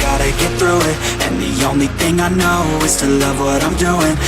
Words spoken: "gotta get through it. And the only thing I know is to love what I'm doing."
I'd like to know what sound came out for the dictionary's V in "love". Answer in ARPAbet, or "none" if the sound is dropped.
V